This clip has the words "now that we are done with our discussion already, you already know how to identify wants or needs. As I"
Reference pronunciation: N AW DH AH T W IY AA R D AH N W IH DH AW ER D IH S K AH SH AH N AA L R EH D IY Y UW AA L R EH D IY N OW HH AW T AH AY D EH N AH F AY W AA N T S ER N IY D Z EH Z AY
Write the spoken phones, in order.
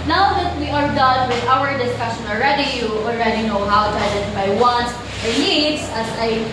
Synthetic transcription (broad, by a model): N AW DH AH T W IY AA R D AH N W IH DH AW ER D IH S K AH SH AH N AA L R EH D IY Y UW AA L R EH D IY N OW HH AW T AH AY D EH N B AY W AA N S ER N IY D S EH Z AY